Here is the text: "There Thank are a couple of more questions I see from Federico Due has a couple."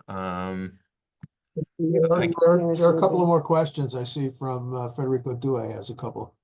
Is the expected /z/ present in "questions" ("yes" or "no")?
yes